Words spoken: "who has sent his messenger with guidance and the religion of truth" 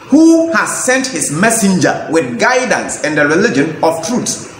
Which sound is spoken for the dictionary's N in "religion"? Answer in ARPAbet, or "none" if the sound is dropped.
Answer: N